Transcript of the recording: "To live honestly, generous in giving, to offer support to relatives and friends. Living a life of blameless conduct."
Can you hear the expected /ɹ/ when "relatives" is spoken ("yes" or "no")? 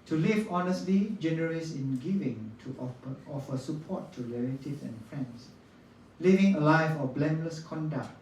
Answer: no